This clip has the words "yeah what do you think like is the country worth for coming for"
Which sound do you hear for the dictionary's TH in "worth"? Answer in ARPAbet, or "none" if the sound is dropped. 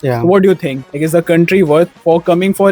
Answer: T